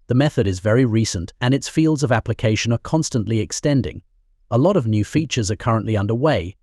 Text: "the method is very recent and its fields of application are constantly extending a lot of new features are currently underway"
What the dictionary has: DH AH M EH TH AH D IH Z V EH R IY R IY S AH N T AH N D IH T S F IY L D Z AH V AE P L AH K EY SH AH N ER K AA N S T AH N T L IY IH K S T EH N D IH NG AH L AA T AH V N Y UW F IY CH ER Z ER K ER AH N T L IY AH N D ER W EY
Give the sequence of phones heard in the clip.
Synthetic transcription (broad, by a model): DH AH M EH TH AH D IH Z V EH R IY R IY S AH N T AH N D IH T S F IY L D Z AH V AE P L AH K EY SH AH N ER K AA N S T AH N T L IY IH K S T EH N D IH NG AH L AA T AH V N Y UW F IY CH ER Z ER K ER AH N T L IY AH N D ER W EY